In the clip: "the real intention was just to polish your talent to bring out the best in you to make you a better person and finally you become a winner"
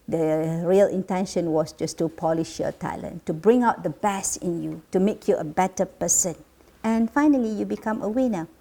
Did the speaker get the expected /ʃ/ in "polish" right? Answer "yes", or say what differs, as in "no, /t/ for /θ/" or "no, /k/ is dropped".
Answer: yes